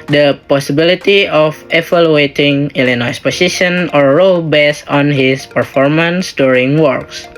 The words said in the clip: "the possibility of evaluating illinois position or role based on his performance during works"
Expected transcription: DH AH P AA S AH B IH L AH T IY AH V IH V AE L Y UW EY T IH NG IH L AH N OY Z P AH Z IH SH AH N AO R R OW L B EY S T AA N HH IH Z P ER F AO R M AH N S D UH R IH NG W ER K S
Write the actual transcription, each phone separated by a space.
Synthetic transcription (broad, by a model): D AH P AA S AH B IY L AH T IY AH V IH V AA L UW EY T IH NG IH L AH N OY S P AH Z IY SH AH N AO R R OW L B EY S AA N HH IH S P ER F AO R M AH N S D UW R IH NG W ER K S